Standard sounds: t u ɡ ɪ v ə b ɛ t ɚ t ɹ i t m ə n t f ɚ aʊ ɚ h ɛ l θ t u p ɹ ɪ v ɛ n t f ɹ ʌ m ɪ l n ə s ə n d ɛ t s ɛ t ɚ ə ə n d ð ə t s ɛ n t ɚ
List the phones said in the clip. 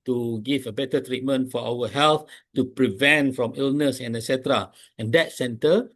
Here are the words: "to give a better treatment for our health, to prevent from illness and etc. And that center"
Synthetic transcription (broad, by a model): t u ɡ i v ə b ɛ t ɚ t ɹ i t m ə n t f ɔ aʊ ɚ h ɛ l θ t u p ɹ ɪ v ɛ n t f ɹ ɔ m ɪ l n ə s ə n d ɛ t s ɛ t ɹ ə ə n d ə t s ɛ n t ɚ